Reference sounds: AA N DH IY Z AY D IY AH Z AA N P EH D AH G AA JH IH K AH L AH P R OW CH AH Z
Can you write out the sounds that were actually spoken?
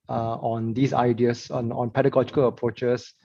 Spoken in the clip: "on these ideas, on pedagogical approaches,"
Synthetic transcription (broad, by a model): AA N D IY S AY D IY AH S AA N P EH D AH G AA JH IH K AH L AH P R OW CH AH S